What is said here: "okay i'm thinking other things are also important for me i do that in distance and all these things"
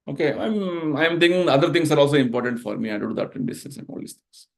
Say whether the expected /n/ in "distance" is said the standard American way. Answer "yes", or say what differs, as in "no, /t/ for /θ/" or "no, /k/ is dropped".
no, /n/ is dropped